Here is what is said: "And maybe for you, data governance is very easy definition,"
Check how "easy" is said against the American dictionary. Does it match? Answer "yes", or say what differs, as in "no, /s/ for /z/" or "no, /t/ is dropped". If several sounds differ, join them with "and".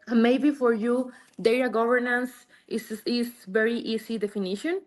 no, /s/ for /z/